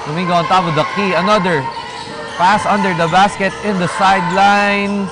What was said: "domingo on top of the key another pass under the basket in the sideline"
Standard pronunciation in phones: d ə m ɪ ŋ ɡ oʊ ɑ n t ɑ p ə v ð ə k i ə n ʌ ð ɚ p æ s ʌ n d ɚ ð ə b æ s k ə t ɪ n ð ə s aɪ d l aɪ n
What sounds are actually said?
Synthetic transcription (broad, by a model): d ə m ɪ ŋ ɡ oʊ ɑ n t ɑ b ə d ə k i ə n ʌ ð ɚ p æ s ʌ n d ɚ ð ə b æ s k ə t ɪ n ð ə s aɪ d l aɪ n